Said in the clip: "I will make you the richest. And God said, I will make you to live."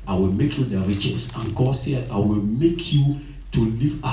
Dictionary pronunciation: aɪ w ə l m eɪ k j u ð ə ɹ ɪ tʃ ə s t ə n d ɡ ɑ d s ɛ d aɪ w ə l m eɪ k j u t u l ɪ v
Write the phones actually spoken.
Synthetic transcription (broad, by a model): aɪ w ə l m eɪ k j u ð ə ɹ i tʃ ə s ə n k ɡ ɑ s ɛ aɪ w ə l m eɪ k j u t u l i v